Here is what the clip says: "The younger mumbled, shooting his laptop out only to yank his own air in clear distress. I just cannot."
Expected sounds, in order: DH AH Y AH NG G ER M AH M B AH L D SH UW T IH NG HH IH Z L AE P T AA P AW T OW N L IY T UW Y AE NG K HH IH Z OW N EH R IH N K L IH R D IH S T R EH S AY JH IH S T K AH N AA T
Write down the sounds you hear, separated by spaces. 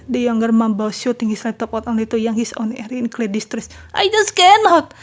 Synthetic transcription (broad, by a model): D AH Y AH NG G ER M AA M B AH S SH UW T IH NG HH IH S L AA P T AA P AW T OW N IY T UW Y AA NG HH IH S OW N EH R IH N K L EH D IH S T R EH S AY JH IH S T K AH N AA T